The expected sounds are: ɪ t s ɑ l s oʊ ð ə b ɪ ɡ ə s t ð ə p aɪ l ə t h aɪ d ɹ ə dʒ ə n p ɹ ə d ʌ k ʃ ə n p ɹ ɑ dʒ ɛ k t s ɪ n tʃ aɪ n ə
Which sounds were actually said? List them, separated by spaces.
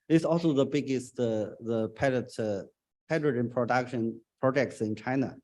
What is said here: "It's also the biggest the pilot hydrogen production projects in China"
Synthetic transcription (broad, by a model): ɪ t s ɑ l s oʊ ð ə b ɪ ɡ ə s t ð ə p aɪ ə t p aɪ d ɹ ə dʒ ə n p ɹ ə d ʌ k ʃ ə n p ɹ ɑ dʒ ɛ k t s ɪ n tʃ aɪ n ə